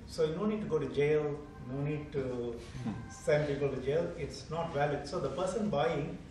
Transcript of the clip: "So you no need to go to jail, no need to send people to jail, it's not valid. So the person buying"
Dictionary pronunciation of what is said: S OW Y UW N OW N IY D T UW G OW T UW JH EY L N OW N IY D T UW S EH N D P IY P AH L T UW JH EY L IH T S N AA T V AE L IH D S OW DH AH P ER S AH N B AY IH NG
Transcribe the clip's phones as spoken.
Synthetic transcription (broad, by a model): S OW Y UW N OW N IY D T UW G OW T UW JH EY L N OW N IY D T UW S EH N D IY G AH T UW JH EY L IH T S N AA T V AE L IH D S OW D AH P ER S AH N B AY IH NG